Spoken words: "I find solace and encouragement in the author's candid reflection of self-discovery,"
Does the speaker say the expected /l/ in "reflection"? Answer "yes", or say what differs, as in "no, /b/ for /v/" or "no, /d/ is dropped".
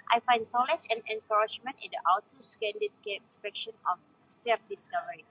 no, /l/ is dropped